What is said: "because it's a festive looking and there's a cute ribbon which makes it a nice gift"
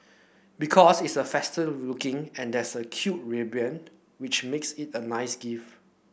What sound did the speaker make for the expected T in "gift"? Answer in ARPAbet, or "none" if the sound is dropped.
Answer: none